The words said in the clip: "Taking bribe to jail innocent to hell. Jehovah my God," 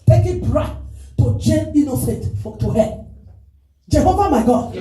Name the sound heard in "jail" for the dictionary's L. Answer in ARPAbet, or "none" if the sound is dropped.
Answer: N